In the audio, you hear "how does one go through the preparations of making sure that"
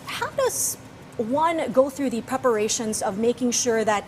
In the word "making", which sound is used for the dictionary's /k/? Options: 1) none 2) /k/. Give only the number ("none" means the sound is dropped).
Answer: 2